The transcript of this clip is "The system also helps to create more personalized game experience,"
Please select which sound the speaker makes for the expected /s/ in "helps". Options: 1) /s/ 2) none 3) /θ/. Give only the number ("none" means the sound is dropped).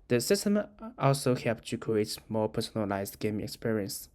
2